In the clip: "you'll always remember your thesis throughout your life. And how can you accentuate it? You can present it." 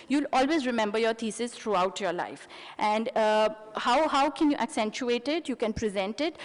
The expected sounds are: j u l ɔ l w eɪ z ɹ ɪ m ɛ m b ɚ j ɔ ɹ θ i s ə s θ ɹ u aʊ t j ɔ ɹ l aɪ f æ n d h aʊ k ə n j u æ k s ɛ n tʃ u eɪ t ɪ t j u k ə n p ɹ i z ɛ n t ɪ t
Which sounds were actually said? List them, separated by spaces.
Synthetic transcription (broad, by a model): j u l ɔ l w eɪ z ɹ ɪ m ɛ m b ɚ j ɔ ɹ t i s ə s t ɹ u aʊ t j ɔ ɹ l aɪ f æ n d h aʊ k ə n j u æ k s ɛ n tʃ u eɪ t ɪ t j u k ə n p ɹ i z ɛ n t ɪ t